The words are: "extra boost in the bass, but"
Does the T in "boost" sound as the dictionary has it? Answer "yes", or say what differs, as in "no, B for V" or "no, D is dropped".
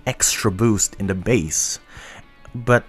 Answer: yes